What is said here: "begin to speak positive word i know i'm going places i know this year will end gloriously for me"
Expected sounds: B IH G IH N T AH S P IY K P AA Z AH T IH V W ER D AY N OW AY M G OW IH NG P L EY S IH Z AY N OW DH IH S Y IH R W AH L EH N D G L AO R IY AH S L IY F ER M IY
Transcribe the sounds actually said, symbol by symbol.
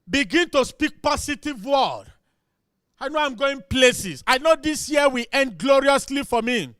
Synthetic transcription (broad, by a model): B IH G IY N T AH S P IY K P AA S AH T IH V W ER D AY N OW AY M G OW IH NG P L EY S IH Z AY N OW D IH S Y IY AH W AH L EH N D G L AO R IY AH S L IY F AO M IY